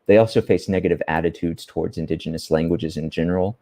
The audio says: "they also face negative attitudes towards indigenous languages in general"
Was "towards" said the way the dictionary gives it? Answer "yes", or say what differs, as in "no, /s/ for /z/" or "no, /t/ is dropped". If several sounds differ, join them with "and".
yes